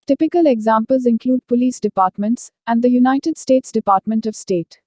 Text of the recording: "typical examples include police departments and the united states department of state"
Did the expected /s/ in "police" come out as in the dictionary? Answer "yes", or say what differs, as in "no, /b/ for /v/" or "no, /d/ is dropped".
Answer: yes